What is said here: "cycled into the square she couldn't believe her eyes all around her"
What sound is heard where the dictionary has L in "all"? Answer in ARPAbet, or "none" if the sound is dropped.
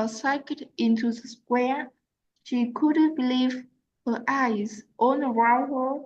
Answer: N